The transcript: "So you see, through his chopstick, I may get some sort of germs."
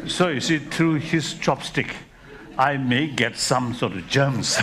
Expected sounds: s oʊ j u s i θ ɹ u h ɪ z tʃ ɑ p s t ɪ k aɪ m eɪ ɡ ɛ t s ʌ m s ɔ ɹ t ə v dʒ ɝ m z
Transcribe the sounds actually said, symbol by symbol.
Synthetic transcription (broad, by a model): s oʊ j u s i t ɹ u h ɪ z tʃ ɑ p s t ɪ k aɪ m eɪ ɡ ɛ t s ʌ m s ɔ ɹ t ə v dʒ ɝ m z